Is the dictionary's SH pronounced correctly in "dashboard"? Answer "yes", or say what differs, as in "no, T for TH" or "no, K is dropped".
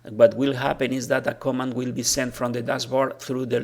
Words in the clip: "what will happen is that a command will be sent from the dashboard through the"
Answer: no, S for SH